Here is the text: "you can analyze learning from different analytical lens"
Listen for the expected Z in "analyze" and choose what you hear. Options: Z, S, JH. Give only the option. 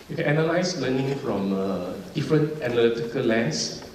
S